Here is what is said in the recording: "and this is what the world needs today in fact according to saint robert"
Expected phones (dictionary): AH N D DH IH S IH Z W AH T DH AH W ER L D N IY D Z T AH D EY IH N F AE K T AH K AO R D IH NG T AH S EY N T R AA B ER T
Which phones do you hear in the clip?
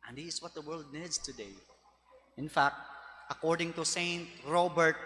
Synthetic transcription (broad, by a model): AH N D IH IH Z W AH T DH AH W ER L D N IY D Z T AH D EY IH N F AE K T AH K AO R D IH NG T AH S EY N T R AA B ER T